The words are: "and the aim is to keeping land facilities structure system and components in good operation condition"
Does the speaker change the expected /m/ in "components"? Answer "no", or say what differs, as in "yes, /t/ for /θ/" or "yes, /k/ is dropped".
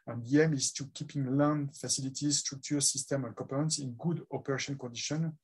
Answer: yes, /m/ is dropped